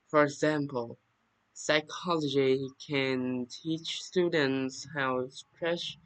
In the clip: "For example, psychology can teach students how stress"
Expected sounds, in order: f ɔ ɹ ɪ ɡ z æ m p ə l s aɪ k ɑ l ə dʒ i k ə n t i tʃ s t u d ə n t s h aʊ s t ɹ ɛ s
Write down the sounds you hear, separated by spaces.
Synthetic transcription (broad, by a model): f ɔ ɹ ɪ ɡ z æ m p ə l s aɪ k ɑ l ə dʒ i k ə n t i tʃ s t u d ə n t s h aʊ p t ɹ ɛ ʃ